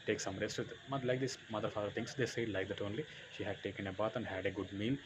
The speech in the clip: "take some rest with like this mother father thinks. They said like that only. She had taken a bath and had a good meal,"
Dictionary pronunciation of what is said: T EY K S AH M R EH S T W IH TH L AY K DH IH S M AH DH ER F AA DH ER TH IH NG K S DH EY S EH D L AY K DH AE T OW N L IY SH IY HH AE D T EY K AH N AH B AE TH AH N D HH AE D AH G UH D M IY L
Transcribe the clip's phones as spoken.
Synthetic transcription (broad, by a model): T EY K S AH M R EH S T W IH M L AY K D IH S M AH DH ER F AA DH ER T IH NG S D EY S EH D L AY K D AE T OW N L IY SH IY HH AE D T EY K AH N AH B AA T AH N D HH AE D AH G UH D M IY L